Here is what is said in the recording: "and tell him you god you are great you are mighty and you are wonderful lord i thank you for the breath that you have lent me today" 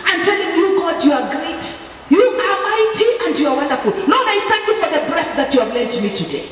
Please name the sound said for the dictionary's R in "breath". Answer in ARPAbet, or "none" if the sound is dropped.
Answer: R